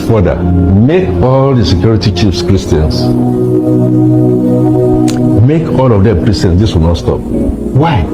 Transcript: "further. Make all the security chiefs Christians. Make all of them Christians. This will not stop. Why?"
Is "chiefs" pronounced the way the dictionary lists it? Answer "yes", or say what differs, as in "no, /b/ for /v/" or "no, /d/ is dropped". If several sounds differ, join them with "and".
yes